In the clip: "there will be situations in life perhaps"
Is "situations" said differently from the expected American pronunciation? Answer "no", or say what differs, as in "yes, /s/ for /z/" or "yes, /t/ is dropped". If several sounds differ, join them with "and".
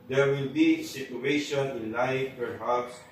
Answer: yes, /z/ is dropped